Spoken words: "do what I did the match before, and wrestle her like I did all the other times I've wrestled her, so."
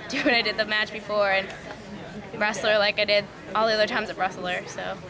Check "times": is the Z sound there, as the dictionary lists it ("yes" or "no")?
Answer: yes